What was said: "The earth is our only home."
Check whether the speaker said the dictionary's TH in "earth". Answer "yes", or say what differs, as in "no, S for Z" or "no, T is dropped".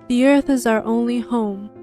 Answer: yes